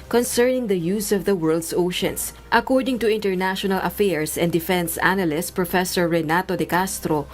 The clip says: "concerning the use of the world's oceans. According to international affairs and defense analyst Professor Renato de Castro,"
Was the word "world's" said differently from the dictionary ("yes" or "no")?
yes